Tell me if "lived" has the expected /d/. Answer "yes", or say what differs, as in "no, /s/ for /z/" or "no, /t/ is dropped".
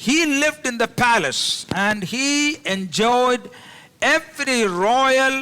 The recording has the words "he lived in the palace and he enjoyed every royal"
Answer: yes